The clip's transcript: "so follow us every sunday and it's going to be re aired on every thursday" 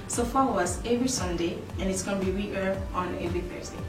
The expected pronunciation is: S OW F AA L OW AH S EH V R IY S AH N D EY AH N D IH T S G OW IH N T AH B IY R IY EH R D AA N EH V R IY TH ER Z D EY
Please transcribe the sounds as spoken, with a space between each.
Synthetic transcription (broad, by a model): S OW F AA L OW AH S EH V R IY S AH N D EY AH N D IH T S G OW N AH B IY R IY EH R AA N EH V R IY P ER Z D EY